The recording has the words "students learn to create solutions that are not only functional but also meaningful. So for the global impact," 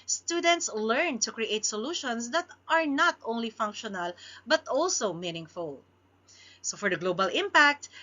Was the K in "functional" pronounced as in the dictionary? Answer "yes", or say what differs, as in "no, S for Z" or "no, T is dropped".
yes